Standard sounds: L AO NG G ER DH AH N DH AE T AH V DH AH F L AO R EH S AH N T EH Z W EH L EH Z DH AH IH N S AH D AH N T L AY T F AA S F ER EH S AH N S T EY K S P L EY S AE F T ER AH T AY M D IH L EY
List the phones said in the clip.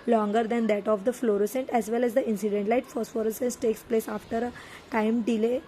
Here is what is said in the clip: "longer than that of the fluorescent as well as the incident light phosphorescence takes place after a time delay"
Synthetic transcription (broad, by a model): L AO NG G ER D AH N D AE T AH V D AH F L AO R EH S AH N T EH Z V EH L EH Z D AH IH N S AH D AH N T L AY T F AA S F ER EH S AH N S T EY K S P L EY S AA F T ER AH T AY M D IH L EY